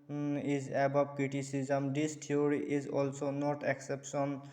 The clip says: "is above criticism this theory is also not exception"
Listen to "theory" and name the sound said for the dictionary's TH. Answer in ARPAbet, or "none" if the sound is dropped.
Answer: T